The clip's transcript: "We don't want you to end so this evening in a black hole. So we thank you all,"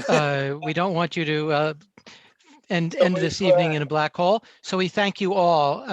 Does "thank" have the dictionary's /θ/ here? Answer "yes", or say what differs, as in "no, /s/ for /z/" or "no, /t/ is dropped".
yes